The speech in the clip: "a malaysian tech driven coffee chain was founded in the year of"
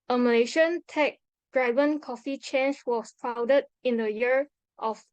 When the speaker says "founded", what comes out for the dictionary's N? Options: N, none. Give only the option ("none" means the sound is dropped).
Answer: none